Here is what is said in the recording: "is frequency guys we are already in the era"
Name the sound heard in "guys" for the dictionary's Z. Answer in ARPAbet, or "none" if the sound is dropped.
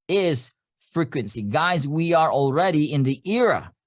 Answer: Z